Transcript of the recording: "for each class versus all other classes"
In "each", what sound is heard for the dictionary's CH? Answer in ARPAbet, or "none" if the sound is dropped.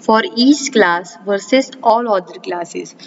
S